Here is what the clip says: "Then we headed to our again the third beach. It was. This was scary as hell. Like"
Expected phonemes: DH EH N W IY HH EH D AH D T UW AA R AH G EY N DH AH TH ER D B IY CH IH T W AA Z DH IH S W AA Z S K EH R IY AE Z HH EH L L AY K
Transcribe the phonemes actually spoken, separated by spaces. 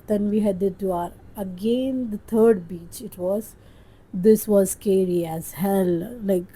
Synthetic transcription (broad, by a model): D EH N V IY HH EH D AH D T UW AA R AH G EY N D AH T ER D B IY CH IH T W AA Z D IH S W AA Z S K EH R IY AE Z HH EH L L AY K